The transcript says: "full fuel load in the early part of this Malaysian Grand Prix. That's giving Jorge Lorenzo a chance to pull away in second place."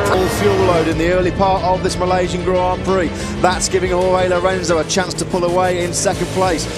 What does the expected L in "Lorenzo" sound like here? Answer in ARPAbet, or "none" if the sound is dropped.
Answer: L